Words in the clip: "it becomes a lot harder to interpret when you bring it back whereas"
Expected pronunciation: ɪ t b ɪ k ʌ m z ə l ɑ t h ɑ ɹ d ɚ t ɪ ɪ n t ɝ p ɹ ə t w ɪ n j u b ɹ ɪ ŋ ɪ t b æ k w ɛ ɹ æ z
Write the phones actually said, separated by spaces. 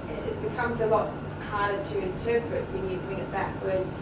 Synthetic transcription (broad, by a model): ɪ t b ɪ k ʌ m z ə l ɑ t h ɑ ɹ d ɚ t ɪ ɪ n t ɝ p ɹ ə t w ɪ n j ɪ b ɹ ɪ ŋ ɪ t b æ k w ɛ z